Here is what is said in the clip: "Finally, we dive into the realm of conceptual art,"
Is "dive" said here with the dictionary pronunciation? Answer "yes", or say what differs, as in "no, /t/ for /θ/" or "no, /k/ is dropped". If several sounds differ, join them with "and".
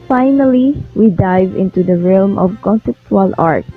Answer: yes